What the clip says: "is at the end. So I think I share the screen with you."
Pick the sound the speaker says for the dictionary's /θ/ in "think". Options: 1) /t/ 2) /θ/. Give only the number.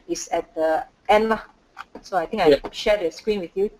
1